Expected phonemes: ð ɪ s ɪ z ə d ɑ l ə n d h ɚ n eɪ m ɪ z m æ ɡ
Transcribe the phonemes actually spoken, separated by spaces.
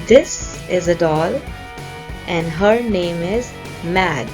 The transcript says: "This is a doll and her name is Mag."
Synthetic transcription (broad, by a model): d ɪ s ɪ z ə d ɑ l ə n d h ɚ n eɪ m ɪ z m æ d